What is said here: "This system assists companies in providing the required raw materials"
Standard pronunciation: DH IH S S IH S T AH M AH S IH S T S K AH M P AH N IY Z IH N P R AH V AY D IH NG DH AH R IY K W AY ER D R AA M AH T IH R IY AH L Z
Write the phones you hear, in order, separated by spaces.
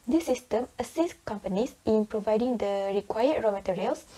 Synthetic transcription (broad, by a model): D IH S S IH S T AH M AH S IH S S K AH M P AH N IY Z IH N P R AH V AY D IH NG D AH R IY K W AY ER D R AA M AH T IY R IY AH L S